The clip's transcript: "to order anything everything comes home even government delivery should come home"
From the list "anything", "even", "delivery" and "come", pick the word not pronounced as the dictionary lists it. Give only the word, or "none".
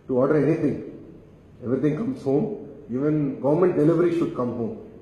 anything